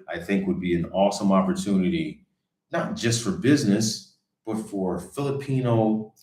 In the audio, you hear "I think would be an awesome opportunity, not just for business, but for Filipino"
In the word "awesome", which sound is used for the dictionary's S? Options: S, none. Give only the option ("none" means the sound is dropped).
S